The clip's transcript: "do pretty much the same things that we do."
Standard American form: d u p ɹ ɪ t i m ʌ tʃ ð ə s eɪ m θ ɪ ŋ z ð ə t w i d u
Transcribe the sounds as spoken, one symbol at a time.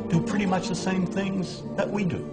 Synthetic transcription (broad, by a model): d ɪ p ɹ ɪ t i m ʌ tʃ ð ə s eɪ m θ ɪ ŋ z ð ə t w i d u